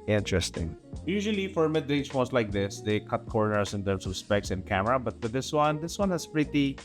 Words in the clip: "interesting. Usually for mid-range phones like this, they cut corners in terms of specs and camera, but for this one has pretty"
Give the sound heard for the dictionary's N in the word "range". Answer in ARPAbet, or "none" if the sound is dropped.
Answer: none